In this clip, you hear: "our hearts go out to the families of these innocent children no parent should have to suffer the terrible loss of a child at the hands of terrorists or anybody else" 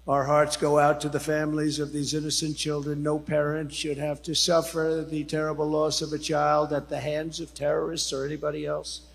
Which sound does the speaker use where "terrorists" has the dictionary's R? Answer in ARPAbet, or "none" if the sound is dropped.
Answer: R